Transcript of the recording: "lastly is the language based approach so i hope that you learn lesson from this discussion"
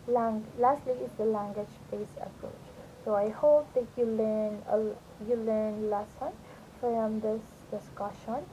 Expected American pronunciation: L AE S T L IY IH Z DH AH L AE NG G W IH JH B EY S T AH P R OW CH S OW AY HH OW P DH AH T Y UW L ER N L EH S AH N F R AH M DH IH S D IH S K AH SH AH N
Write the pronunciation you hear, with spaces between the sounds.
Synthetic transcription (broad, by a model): L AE S T L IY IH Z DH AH L AE NG G W IH JH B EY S AH P R OW CH S OW AY HH OW P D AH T Y UW L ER N L EH S AH N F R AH M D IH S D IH S K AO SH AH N